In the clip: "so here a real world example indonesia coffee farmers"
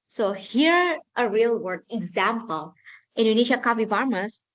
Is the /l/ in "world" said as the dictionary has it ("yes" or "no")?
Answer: no